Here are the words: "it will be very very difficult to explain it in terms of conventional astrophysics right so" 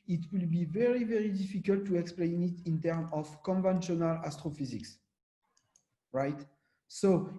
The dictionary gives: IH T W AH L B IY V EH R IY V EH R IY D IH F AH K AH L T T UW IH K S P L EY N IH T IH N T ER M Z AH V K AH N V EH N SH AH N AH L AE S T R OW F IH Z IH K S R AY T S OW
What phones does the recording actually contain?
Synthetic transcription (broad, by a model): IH T W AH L B IY V EH R IY V EH R IY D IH F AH K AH L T T UW IH K S P L EY N IH T IH N T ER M AH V K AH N V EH N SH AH N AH L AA S T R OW F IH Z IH K S R AY T S OW